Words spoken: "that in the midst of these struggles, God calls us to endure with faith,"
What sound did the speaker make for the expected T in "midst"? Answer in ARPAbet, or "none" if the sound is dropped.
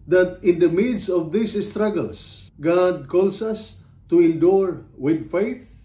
none